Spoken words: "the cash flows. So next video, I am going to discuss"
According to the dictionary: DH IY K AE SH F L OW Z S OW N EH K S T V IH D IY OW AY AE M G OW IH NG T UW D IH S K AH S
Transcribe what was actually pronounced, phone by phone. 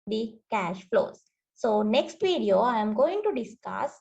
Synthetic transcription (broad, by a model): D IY K AE SH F L OW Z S OW N EH K S T V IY D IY OW AY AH M G OW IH NG T UW D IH S K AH S